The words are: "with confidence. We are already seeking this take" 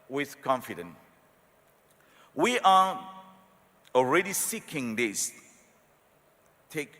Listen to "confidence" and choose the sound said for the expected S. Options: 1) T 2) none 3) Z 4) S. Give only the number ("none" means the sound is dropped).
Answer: 2